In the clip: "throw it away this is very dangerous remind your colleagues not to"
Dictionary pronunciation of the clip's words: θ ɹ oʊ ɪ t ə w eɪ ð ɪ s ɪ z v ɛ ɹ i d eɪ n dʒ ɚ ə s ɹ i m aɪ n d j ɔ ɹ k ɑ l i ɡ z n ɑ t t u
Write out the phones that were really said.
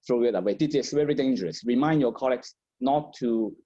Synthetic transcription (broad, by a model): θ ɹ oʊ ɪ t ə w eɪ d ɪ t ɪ s v ɛ ɹ i d eɪ n dʒ ɚ ə s ɹ i m aɪ n d j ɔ k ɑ l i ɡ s n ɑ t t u